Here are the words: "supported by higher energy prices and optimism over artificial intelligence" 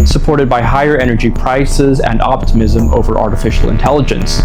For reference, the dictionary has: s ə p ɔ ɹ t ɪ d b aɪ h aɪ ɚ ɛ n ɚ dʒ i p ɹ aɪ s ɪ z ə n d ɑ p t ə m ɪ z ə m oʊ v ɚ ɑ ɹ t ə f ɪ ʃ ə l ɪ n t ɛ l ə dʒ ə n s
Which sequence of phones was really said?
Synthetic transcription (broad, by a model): s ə p ɔ ɹ t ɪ d b aɪ h aɪ ɚ ɛ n ɚ dʒ i p ɹ aɪ s ɪ z ə n d ɑ p t ə m ɪ z ə m oʊ v ɚ ɑ ɹ t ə f ɪ ʃ l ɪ n t ɛ l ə dʒ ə n s